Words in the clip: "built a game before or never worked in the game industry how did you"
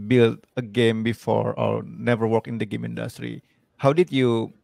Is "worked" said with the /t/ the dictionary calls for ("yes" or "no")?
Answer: no